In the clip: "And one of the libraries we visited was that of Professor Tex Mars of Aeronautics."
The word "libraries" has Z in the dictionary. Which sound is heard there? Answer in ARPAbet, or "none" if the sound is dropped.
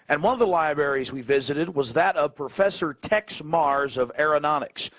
Z